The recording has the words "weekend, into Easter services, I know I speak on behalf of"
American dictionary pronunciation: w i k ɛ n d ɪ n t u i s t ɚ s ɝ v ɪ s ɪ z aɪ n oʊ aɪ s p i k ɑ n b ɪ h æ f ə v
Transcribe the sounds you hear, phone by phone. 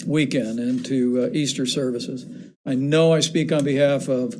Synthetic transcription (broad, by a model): w i k ɛ n d ɪ n t u i s t ɚ s ɝ v ɪ s ɪ z aɪ n oʊ aɪ s p i k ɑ n b ɪ h æ f ə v